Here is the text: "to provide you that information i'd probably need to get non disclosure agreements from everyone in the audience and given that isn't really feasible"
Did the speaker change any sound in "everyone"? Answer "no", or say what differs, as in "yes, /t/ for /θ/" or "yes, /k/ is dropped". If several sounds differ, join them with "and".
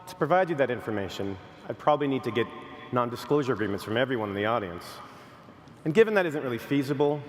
no